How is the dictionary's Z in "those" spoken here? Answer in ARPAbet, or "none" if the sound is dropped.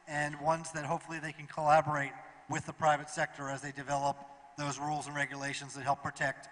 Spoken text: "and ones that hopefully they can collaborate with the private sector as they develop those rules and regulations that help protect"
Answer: Z